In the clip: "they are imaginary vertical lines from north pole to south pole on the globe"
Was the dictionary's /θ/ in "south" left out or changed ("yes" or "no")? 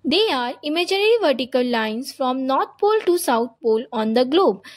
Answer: yes